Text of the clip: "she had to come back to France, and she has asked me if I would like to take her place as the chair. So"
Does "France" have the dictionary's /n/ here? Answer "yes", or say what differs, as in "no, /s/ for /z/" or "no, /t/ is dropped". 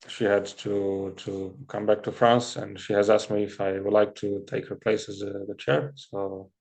yes